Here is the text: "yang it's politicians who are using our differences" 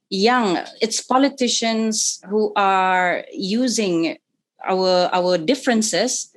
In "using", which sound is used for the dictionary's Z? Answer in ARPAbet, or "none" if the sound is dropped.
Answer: Z